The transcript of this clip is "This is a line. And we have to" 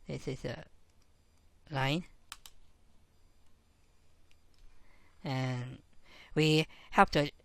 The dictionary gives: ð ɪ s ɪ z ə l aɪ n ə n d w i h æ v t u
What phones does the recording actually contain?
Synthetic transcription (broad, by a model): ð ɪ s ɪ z ə l aɪ n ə n w i h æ p t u